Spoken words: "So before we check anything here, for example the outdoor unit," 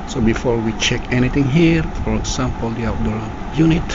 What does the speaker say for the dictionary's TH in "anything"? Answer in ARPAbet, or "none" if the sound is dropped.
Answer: T